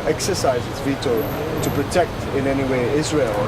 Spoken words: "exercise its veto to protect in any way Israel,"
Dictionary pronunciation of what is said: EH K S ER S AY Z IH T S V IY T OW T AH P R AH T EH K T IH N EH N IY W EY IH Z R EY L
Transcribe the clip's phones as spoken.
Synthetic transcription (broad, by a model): EH K S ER S AY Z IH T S V IY T OW T AH P R AH T EH K T IH N EH N IY W EY IH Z R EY L